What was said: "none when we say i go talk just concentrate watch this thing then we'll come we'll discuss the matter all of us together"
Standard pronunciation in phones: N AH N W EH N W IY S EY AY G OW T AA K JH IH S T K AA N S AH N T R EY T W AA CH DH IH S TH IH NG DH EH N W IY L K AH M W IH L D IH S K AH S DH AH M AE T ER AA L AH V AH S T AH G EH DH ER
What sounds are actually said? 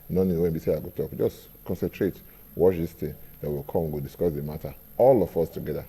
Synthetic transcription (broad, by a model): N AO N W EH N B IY S EY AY G OW T AA K JH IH S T K AA N S AH N T R EY T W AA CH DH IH S T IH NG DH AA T W IY L K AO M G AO D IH S K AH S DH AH M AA T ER AA L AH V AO S T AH G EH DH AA